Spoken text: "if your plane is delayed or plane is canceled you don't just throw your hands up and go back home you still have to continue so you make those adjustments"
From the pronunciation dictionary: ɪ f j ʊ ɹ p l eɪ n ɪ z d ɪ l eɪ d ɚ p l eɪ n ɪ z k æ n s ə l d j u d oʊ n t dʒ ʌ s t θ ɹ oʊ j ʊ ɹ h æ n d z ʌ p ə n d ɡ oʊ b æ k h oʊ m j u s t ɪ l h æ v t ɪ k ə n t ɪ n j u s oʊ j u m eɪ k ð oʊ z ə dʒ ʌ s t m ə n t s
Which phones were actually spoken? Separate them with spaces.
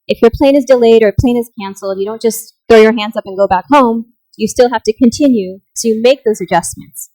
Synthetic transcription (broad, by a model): ɪ f j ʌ ɹ p l eɪ n ɪ z d ɪ l eɪ d ɚ p l eɪ n ɪ z k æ n s l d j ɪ d oʊ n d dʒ ʌ s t θ ɹ oʊ j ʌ ɹ h æ n d z ʌ p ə n ɡ oʊ b æ k h oʊ m j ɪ s t ɪ l h æ f t ɪ k ə n t ɪ n j u s oʊ j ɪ m eɪ k ð oʊ z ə dʒ ʌ s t m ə n t s